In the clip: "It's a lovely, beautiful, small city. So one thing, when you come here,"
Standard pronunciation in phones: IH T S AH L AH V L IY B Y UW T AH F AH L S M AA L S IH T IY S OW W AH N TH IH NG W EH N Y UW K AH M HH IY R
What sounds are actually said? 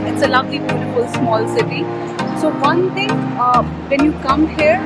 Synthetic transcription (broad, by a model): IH T S AH L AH B L IY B Y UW T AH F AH L S M AA L S IH T IY S OW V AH N T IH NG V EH N Y UW K AH M HH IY R